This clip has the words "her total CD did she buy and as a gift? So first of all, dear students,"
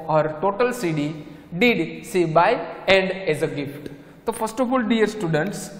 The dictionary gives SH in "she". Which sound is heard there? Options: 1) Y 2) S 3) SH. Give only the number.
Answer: 2